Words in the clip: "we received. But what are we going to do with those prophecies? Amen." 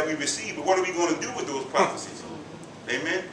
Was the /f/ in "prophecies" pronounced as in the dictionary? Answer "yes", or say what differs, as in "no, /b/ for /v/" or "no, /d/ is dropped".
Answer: no, /f/ is dropped